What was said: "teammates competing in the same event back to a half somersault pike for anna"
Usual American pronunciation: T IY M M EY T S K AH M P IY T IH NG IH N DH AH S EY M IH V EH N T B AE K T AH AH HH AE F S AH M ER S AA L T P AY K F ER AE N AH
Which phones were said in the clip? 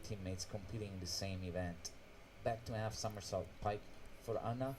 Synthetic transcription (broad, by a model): T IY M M EY T S K AH M P IY T IH NG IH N DH AH S EY M IH V EH N T B AE K T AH AH HH AE F S AH M ER S AA L T P AY K F ER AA N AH